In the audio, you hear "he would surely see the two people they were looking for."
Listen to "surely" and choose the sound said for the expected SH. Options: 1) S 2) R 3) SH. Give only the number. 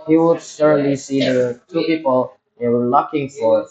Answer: 1